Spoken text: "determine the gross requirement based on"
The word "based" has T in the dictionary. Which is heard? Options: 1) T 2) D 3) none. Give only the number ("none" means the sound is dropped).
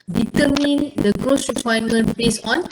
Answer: 3